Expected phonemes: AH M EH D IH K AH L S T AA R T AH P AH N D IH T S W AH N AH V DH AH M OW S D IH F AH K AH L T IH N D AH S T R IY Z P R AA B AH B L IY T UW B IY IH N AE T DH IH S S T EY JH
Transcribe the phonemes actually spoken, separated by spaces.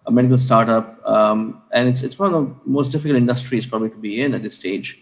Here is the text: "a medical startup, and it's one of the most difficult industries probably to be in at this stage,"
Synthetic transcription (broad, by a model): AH M EH D IH K AH L S T AA R T AH P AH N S IH T S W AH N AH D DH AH M OW S D IH F AH K AH L T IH N D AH S T R IY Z P R AA B AH B L IY T UW B IY IH N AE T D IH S S T EY JH